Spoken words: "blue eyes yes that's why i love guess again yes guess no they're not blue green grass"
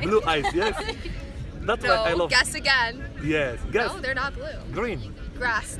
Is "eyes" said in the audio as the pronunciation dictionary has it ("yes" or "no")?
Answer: no